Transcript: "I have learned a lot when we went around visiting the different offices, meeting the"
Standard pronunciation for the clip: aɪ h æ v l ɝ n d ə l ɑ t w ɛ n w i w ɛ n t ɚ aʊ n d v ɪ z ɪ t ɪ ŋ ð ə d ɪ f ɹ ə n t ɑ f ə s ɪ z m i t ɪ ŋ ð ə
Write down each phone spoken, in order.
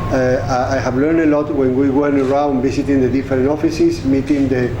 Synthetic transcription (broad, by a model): aɪ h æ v l ɝ n d ə l ɑ t w ɛ n w i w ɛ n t ɚ aʊ n d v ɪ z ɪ t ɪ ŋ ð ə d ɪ f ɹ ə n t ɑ f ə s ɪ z m i t ɪ ŋ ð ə